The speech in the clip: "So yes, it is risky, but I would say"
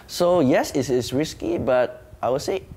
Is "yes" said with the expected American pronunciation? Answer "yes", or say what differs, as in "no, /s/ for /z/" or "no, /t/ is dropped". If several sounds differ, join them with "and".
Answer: yes